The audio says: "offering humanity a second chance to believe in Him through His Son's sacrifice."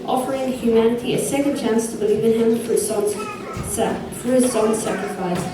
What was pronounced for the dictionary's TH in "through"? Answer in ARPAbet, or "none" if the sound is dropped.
F